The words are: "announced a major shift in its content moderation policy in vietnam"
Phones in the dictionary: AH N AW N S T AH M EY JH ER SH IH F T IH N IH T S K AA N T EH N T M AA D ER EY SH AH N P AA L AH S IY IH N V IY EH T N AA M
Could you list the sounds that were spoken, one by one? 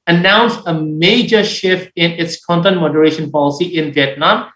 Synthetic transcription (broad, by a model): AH N AW N S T AH M EY JH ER SH IH F T IH N IH T S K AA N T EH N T M AA D ER EY SH AH N P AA L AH S IY IH N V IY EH T N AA M